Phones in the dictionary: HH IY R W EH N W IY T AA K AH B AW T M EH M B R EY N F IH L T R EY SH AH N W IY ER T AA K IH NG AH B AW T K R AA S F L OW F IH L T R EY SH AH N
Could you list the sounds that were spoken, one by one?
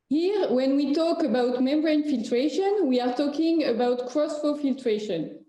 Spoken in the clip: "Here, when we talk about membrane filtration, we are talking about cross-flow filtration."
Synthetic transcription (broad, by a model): HH IY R W EH N W IY T AA K AH B AW T M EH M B R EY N F IH L T R EY SH AH N W IY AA T AA K IH NG AH B AW T K R AA S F OW F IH L T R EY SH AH N